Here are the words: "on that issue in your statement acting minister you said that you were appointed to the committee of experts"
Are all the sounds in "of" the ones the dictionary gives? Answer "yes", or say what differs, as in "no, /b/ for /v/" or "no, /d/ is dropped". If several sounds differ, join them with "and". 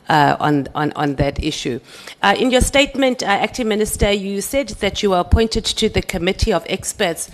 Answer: yes